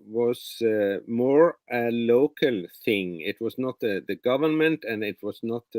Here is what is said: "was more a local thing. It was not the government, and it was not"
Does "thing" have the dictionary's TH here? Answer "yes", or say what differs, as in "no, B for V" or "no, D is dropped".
yes